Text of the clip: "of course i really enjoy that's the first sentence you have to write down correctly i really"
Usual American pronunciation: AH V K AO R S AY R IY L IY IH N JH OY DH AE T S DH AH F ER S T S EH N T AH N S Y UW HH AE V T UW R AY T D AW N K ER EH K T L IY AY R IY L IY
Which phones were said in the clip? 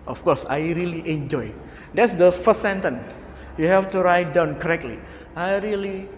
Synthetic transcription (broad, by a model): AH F K AO S AY R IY L IY IH N JH OY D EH T S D AH F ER S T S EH N T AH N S Y UW HH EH F T UW R AY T D AW N K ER EH K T L IY AY R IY L IY